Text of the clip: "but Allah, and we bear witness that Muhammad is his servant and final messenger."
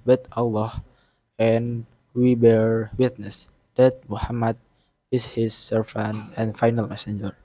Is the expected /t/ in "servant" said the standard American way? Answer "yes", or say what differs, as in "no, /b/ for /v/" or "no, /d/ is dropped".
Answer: no, /t/ is dropped